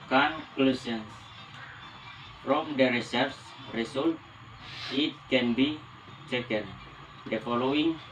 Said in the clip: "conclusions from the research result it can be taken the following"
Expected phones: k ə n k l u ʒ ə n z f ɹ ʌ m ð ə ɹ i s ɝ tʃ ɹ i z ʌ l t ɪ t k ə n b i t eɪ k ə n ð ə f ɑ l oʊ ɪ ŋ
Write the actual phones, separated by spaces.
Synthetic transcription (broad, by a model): k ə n k l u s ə n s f ɹ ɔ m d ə ɹ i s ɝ s ɹ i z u l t ɪ t k ə n b i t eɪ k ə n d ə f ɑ l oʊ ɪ ŋ